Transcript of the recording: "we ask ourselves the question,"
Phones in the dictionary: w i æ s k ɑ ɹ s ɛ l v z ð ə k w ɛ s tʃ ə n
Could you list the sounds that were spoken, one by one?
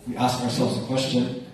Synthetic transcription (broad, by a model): w i æ s k ɑ ɹ s ɛ l v z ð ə k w ɛ s tʃ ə n